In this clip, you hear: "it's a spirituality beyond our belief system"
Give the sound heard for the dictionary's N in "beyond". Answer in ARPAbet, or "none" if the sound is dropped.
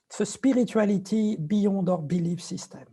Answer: none